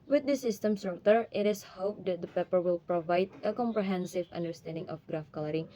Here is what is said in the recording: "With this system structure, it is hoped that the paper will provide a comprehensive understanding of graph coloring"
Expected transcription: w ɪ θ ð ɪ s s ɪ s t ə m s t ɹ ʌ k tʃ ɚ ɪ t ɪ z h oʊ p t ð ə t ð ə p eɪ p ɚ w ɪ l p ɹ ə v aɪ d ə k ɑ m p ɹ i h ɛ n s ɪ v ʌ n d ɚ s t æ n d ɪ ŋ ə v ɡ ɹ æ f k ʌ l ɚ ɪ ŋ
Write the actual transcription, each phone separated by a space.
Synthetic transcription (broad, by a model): w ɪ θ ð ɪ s s ɪ s t ə m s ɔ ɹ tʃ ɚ ɪ t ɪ s h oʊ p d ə t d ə p eɪ p ɚ w ɪ l p ɹ ə v aɪ d ə k ɑ m p ɹ i h ɛ n s ɪ v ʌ n d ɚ s t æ n d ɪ ŋ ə f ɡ ɹ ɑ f k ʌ l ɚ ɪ ŋ